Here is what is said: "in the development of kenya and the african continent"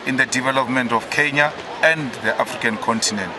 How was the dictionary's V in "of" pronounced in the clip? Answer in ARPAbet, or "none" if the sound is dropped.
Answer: F